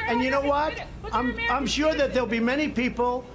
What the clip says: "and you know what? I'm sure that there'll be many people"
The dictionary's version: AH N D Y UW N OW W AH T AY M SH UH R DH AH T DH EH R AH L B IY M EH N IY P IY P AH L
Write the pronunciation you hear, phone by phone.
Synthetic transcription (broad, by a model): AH N Y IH N OW W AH T AY M SH UH R DH AH T DH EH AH L B IY M EH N IY P IY P L